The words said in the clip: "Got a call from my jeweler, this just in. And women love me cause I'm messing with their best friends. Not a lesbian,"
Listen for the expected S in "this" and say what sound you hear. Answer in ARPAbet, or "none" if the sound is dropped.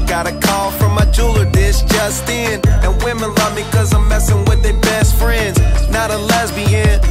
SH